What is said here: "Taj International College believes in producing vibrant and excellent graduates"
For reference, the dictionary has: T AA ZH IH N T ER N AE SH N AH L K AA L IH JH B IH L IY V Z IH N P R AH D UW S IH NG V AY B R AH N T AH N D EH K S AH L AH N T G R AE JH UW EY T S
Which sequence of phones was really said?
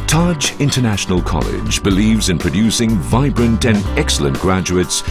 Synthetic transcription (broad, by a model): T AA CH IH N T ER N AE SH N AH L K AA L IH JH B IH L IY V Z IH N P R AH D UW S IH NG V AY B R AH N T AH N EH K S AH L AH N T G R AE JH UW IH T S